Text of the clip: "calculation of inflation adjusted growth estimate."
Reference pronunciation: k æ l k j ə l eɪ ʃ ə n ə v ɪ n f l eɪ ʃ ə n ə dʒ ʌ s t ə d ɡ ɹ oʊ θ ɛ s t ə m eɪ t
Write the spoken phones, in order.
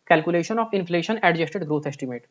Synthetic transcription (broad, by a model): k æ l k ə l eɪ ʃ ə n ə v ɪ n f l eɪ ʃ ə n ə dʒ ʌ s t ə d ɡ ɹ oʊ t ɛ s t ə m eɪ t